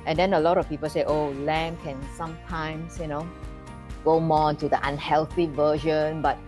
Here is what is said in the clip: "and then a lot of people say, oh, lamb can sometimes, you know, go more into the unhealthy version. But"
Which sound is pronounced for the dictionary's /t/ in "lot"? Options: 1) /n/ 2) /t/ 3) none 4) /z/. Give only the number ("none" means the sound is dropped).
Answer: 2